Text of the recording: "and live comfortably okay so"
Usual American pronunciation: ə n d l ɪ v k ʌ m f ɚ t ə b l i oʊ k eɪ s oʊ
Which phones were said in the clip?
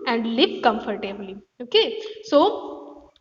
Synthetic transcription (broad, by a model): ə n d l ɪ p k ʌ m f ɚ t ə b l i oʊ k eɪ s oʊ